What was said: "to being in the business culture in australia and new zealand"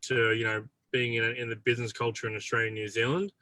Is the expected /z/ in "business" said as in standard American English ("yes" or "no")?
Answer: yes